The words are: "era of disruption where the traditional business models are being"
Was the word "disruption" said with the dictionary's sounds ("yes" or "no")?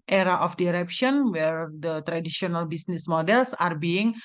no